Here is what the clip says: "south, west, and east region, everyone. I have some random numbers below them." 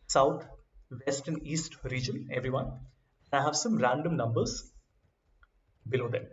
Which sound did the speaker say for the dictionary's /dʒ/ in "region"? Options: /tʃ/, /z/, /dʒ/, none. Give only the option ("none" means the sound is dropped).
/dʒ/